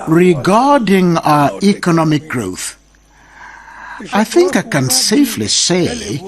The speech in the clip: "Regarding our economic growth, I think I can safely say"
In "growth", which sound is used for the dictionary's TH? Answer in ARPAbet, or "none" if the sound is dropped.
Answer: TH